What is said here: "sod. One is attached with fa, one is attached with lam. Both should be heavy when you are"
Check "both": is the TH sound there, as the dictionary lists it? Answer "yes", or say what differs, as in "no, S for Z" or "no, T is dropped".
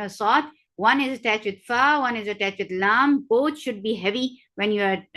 no, T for TH